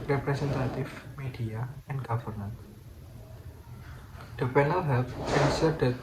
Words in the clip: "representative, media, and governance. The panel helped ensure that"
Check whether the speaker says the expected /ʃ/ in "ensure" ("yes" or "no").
no